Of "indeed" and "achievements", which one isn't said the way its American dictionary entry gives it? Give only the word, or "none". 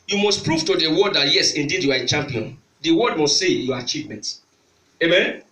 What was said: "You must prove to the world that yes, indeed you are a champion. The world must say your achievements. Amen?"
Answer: achievements